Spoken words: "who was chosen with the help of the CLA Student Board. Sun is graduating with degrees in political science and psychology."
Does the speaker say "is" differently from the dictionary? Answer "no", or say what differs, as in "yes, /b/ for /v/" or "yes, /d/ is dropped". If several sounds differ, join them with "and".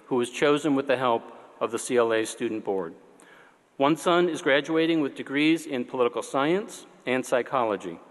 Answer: no